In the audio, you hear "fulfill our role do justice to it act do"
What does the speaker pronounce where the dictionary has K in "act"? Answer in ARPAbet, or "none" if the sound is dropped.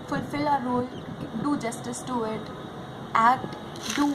none